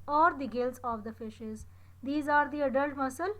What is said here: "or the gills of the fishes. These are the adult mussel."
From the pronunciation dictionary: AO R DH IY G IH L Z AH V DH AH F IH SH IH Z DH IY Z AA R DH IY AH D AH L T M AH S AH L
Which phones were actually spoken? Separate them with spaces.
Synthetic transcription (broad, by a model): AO R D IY G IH L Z AH V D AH F IH SH IH Z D IY Z AA R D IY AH D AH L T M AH S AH L